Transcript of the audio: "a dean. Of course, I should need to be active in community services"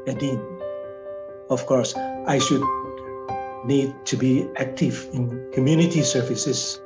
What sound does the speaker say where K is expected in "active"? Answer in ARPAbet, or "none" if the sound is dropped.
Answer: K